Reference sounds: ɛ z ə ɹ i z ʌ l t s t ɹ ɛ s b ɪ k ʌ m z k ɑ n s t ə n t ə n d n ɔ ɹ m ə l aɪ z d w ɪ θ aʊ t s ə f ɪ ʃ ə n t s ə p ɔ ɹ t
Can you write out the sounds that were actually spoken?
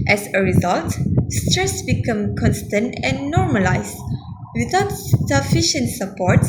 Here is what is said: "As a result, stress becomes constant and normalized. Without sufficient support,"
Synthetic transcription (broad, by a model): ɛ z ə ɹ i z ʌ l t s t ɹ ɛ s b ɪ k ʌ m k ɑ n s t ə n t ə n n ɔ ɹ m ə l aɪ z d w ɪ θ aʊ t s ə f ɪ ʃ ə n t s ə p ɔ ɹ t